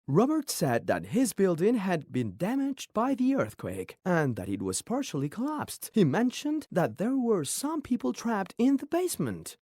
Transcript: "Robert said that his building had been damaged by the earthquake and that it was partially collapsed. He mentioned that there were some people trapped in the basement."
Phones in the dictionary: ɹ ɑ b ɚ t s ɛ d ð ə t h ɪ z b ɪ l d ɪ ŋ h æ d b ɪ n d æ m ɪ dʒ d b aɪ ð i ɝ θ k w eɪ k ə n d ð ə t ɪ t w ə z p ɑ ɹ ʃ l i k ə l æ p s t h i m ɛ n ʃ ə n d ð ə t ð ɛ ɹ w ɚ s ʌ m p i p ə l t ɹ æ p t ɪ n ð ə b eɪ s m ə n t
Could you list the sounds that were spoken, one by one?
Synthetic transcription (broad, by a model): ɹ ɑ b ɚ t s ɛ d ð ə t h ɪ z b ɪ l d ɪ ŋ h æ d b ɪ n d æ m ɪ dʒ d b aɪ ð i ɝ θ k w eɪ k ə n ð ə t ɪ t w ə z p ɑ ɹ ʃ l i k ə l æ p s t h i m ɛ n ʃ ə n ð ə t ð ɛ ɹ w ɚ s ʌ m p i p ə l t ɹ æ p t ɪ n ð ə b eɪ s m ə n t